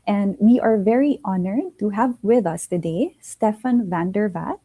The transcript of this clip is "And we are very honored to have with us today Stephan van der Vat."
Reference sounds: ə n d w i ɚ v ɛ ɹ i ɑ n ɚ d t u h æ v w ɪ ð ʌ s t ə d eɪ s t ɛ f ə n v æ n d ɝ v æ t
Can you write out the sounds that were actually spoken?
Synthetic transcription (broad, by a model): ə n d w i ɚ v ɛ ɹ i ɑ n ɚ d t u h æ v w ɪ ð ʌ s t ə d eɪ s t ɛ f ə n v æ n d ɝ v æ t